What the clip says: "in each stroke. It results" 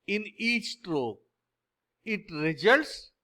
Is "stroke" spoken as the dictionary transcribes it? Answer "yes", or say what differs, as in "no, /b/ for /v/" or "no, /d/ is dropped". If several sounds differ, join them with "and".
no, /k/ is dropped